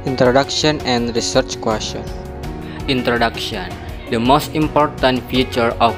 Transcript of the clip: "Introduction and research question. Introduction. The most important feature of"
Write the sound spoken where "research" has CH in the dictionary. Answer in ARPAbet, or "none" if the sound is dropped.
CH